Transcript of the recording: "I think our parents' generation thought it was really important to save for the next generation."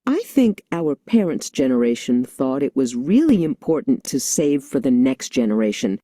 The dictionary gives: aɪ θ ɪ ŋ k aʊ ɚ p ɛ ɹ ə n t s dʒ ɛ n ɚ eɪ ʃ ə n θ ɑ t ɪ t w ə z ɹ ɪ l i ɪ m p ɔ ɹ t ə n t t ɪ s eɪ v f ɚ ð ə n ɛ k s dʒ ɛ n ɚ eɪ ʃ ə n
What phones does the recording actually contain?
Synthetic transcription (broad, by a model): aɪ θ ɪ ŋ k aʊ ɚ p ɛ ɹ ə n t s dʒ ɛ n ɚ eɪ ʃ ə n θ ɑ t ɪ t w ə z ɹ ɪ l i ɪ m p ɔ ɹ t n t t ɪ s eɪ v f ɚ ð ə n ɛ k s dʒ ɛ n ɚ eɪ ʃ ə n